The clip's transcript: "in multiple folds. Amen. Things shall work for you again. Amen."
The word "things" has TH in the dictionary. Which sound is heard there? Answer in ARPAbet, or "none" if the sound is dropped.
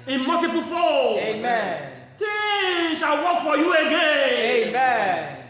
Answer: T